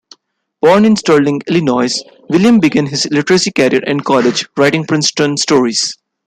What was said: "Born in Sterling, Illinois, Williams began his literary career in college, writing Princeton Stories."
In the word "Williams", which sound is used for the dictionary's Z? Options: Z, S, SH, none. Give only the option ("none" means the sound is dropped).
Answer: none